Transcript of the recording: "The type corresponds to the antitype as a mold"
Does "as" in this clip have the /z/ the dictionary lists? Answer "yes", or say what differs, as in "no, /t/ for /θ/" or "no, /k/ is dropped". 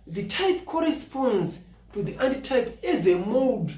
yes